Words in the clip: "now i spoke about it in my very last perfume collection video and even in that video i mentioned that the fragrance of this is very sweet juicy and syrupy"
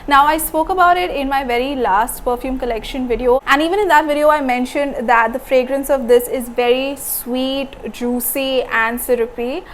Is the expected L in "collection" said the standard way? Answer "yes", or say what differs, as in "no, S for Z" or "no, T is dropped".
yes